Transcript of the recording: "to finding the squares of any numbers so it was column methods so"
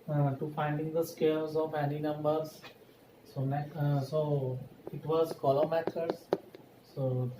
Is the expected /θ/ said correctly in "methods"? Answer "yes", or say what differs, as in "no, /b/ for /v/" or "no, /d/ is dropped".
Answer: no, /t/ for /θ/